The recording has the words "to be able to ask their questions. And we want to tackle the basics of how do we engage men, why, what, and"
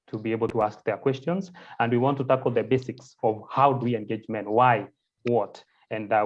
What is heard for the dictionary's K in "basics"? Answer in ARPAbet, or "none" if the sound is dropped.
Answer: K